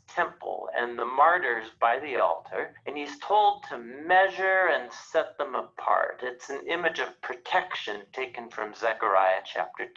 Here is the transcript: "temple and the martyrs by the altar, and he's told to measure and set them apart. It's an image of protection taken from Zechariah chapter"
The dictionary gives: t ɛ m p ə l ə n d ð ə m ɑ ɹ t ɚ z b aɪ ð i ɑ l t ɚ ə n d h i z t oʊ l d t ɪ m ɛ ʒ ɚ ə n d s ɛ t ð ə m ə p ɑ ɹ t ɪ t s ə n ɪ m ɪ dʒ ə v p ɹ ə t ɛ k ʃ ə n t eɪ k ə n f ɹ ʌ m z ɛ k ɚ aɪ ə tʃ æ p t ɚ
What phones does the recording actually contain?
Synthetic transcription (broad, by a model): t ɛ m p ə l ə n ð ə m ɑ ɹ t ɚ z b aɪ ð i ɑ l t ɚ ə n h i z t oʊ l d t ɪ m ɛ ʒ ɚ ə n s ɛ t ð ə m ə p ɑ ɹ t ɪ t s n ɪ m ɪ dʒ ə v p ɹ ə t ɛ k ʃ ə n t eɪ k ə n f ɹ ʌ m z ɛ k ɚ aɪ ə tʃ æ p t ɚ